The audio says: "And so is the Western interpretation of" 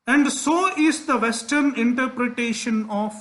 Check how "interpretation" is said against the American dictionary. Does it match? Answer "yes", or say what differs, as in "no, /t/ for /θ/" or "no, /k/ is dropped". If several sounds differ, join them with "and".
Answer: yes